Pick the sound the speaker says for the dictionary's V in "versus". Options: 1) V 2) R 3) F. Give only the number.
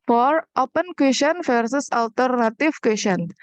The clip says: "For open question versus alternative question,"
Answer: 3